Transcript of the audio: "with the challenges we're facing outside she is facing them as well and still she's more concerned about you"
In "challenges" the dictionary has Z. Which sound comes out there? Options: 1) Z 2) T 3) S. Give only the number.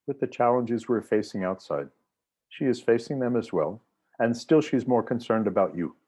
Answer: 1